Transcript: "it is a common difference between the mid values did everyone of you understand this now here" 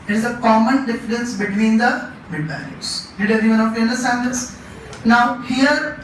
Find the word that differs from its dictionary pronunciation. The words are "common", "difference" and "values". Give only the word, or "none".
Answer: values